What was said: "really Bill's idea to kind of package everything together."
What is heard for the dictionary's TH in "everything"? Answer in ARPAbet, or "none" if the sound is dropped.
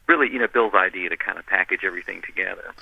TH